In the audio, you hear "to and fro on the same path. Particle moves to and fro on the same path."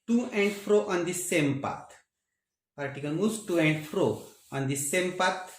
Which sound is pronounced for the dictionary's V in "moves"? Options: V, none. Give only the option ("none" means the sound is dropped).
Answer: none